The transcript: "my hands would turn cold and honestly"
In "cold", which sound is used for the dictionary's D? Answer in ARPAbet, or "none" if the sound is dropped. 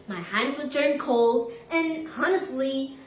D